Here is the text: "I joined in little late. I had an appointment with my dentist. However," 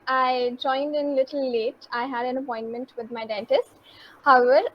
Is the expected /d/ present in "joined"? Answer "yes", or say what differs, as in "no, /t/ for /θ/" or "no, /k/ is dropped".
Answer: yes